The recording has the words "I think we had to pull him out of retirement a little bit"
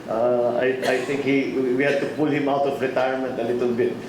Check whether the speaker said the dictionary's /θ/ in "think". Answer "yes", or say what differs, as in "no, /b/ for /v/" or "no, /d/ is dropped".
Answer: no, /t/ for /θ/